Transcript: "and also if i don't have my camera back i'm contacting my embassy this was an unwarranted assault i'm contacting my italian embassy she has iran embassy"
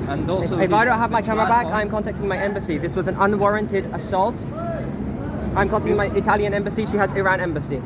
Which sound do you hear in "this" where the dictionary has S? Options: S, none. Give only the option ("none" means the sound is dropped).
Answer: S